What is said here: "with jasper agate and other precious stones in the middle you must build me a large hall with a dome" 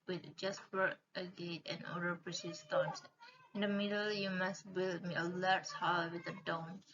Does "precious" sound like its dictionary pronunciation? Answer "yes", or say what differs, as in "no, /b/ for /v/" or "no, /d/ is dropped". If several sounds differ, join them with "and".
no, /s/ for /ʃ/